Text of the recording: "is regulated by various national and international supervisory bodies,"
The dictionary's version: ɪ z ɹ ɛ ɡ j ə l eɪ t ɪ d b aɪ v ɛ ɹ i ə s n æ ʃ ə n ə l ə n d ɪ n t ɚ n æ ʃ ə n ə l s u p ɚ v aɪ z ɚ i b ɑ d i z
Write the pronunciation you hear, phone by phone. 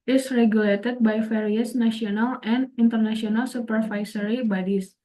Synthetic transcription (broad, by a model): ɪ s ɹ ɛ ɡ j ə l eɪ t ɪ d b aɪ f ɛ ɹ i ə s n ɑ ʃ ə n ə l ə n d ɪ n t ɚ n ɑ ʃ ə n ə l s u p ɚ f aɪ s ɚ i b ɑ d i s